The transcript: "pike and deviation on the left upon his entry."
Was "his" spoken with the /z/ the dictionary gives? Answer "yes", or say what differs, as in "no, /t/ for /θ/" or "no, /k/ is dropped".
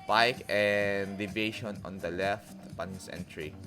no, /s/ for /z/